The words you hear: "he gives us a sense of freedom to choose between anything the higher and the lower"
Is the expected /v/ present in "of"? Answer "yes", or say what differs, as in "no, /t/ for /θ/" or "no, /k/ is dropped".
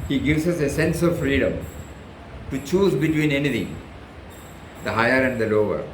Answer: yes